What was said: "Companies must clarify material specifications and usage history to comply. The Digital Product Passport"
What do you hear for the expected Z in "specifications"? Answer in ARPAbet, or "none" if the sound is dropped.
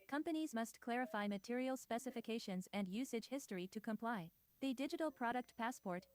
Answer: Z